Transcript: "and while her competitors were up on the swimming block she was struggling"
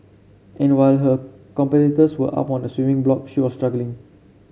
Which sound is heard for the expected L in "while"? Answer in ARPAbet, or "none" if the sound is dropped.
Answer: L